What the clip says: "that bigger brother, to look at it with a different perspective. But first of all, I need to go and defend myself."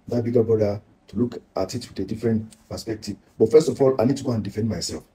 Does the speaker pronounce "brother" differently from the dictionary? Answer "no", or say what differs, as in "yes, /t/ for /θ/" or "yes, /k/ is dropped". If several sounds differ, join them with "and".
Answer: yes, /ɹ/ is dropped